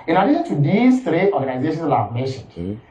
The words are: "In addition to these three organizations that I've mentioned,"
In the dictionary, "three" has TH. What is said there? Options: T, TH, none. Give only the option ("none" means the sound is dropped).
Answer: T